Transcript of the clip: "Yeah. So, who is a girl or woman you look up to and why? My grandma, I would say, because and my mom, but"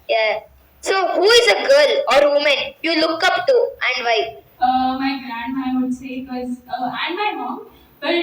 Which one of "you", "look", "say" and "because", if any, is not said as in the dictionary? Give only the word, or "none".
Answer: because